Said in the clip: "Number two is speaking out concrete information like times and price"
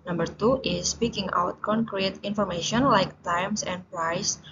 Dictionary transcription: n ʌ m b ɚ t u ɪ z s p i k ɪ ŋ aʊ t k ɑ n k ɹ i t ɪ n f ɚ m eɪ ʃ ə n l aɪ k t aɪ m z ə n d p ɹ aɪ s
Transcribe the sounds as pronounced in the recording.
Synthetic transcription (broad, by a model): n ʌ m b ɚ t u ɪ s p i k ɪ ŋ aʊ t k ɑ n k ɹ i t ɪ n f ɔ m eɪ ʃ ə n l aɪ k t aɪ m s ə n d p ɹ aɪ s